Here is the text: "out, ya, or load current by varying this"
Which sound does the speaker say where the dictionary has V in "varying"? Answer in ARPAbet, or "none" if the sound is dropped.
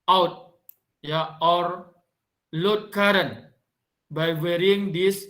W